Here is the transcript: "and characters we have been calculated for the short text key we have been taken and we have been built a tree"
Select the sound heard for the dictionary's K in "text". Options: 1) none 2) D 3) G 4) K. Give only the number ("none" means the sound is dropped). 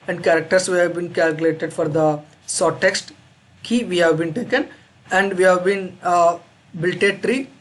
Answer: 4